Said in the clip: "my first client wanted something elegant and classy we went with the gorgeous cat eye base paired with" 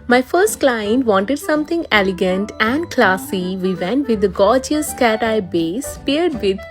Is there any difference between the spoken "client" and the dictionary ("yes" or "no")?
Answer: no